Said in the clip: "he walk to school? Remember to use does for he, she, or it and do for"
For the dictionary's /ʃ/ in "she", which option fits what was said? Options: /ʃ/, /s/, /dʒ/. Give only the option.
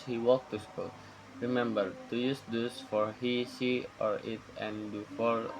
/s/